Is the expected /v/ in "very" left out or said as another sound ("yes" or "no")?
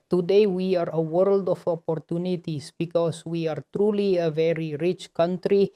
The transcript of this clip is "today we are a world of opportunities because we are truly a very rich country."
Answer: no